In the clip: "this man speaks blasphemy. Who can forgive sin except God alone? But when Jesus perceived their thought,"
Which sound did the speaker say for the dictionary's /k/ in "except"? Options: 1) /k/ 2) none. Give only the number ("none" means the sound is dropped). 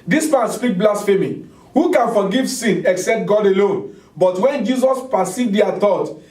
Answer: 1